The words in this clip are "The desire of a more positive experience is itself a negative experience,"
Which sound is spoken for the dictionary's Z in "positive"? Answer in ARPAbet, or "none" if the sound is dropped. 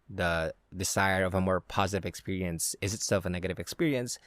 Z